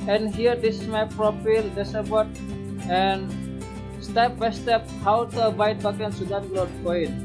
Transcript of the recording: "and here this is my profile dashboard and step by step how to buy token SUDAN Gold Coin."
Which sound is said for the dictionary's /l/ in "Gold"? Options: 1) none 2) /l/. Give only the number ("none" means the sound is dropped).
1